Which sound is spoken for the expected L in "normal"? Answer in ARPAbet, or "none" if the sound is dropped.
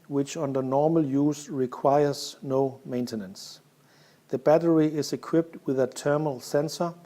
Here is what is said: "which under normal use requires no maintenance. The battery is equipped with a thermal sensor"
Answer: L